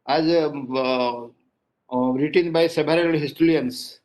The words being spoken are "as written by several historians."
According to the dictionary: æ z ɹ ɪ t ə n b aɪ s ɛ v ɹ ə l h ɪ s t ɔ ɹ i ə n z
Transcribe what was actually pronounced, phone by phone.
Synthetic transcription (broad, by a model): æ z ɹ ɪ t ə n b aɪ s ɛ b ɹ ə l h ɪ s t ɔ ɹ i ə n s